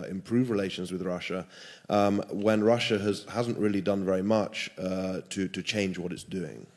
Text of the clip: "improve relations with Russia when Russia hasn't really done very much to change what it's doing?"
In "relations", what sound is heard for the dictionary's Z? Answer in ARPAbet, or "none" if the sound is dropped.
Z